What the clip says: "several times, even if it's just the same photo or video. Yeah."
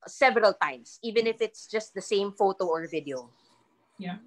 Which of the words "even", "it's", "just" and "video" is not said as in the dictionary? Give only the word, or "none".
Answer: none